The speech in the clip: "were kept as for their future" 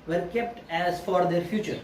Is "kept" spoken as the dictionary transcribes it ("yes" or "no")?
yes